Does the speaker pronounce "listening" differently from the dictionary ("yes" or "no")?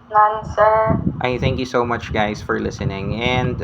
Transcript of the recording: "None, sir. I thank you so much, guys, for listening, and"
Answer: no